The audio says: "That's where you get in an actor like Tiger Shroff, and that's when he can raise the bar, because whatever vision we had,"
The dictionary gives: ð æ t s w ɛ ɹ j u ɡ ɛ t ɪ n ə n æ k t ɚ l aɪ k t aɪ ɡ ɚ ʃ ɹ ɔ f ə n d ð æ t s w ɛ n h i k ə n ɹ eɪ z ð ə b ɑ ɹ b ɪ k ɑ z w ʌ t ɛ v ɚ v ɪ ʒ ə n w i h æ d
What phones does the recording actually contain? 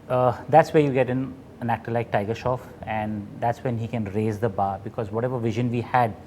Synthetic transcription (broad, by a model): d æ t s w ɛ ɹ j u ɡ ɛ t ɪ n ə n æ k t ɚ l aɪ k t aɪ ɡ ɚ ʃ ɔ f ə n d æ t s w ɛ n h i k ə n ɹ eɪ z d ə b ɑ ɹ b ɪ k ɑ z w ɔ t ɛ v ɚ v ɪ ʒ ə n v i h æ d